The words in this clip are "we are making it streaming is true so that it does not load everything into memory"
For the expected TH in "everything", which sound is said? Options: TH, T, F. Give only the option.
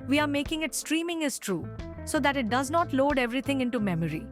T